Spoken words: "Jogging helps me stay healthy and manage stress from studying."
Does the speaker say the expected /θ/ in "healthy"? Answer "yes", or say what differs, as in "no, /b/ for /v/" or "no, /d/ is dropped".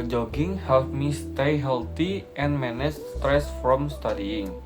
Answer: no, /t/ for /θ/